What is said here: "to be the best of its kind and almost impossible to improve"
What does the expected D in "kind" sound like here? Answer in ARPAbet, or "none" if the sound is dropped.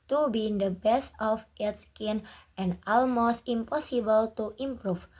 none